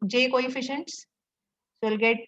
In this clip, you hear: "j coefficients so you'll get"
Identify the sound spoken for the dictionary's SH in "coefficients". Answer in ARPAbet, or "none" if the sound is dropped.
SH